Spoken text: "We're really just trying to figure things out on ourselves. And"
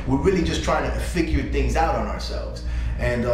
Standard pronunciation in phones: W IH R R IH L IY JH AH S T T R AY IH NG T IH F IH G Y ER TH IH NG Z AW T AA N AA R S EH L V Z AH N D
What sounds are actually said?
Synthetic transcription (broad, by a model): W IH R R IH L IY JH AH S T T R AY IH NG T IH F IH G Y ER TH IH NG Z AW T N AA R S EH L V Z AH N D